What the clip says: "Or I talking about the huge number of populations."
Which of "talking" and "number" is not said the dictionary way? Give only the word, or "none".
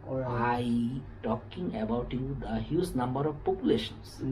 none